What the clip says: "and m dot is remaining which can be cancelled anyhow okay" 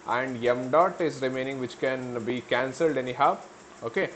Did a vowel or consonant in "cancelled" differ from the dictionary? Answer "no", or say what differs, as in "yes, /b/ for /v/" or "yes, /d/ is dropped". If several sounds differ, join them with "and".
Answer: no